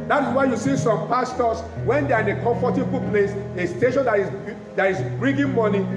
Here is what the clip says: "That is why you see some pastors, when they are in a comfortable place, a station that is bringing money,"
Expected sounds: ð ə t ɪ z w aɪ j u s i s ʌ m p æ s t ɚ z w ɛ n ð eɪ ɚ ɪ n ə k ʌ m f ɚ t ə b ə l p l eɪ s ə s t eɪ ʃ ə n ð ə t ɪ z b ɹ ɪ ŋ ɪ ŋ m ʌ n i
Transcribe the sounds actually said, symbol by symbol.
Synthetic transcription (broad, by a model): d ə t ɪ s w aɪ j u s i s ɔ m p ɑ s t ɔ s w ɛ n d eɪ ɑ ɪ n ə k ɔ f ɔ t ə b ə p l eɪ s ə s t eɪ ʃ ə n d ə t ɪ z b ɹ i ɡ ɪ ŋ m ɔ n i